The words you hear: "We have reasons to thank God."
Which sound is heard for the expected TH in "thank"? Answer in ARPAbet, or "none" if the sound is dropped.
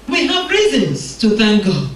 TH